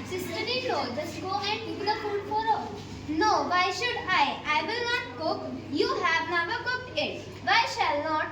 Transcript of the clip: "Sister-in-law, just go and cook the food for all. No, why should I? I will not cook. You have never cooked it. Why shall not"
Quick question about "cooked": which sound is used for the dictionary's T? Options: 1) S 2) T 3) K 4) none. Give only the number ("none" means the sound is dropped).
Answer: 2